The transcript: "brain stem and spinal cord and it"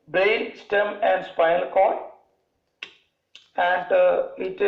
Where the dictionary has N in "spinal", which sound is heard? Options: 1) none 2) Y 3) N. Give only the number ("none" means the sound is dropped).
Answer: 1